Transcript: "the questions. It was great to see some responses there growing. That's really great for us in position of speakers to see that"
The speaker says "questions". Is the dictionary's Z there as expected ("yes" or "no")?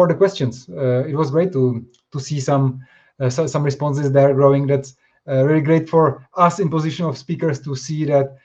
no